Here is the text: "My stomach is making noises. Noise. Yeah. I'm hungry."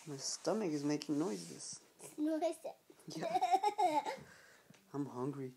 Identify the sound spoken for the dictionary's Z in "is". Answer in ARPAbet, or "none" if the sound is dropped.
Z